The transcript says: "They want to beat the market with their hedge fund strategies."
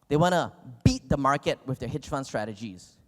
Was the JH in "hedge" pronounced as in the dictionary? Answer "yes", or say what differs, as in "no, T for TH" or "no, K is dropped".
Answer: no, CH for JH